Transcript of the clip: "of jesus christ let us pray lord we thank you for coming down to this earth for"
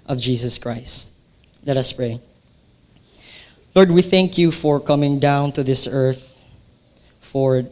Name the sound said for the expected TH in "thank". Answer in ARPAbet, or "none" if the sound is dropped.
TH